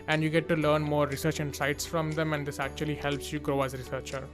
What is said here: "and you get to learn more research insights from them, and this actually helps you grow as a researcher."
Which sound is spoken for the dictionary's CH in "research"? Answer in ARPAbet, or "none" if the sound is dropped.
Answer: CH